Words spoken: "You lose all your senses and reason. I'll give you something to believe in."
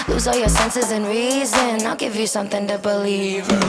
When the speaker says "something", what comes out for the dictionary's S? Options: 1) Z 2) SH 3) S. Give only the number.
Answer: 3